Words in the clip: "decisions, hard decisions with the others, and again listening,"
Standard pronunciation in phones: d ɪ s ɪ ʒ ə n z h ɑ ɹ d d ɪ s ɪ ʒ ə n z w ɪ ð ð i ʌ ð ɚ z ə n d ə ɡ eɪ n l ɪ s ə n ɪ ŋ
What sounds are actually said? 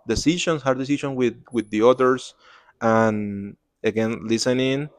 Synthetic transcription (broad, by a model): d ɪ s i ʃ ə n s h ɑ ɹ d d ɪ s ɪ ʃ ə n w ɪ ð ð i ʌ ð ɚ s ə n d ə ɡ eɪ n l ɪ s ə n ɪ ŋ